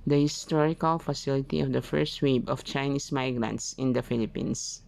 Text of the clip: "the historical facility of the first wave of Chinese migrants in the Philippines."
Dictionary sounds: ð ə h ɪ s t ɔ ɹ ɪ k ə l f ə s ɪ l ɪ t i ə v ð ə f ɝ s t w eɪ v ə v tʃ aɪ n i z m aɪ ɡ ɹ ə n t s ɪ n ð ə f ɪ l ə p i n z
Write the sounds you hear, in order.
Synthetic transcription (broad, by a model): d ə h ɪ s t ɔ ɹ ɪ k ə l f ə s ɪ l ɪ t i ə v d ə f ɝ s t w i b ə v tʃ aɪ n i s m aɪ ɡ ɹ ə n t s ɪ n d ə f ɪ l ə p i n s